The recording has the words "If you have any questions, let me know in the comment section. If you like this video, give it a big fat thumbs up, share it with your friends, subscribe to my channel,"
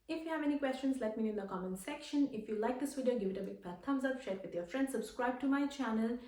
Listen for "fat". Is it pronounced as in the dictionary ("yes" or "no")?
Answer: no